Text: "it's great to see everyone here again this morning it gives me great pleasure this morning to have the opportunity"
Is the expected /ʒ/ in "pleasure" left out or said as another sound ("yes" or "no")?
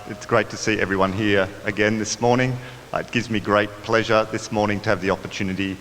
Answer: no